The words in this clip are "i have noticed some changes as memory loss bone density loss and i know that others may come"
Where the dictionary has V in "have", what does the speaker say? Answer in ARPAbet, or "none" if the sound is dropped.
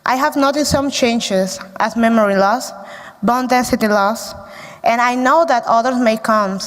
V